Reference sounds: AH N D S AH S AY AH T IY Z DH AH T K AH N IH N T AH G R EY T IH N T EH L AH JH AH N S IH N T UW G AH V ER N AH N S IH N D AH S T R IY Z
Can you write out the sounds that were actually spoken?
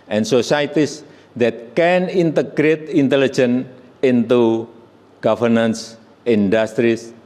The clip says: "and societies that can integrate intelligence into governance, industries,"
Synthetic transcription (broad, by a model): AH N S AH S AY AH T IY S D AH T K AH N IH N T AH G R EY T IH N T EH L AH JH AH N IH N T UW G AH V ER N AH N S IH N D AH S T R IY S